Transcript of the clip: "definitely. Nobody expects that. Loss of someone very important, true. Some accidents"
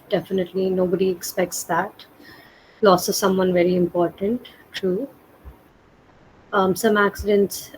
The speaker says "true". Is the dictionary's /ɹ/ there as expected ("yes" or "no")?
no